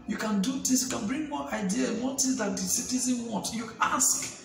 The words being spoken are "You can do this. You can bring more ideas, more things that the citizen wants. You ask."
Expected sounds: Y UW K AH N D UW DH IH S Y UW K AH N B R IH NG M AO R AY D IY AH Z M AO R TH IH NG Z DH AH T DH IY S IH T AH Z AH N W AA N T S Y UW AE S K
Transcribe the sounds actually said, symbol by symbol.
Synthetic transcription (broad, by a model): Y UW K AH N D UW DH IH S Y UW K AH N B R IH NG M AO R AY D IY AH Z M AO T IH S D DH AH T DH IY S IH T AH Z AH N W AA N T Y UW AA S K